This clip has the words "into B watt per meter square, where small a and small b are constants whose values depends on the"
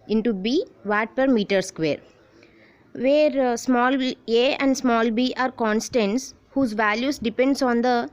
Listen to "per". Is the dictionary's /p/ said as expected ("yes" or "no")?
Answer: yes